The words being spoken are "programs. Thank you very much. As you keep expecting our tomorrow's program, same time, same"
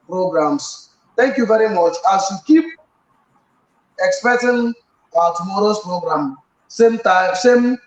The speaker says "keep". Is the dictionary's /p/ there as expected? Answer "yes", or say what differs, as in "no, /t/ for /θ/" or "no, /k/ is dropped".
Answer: yes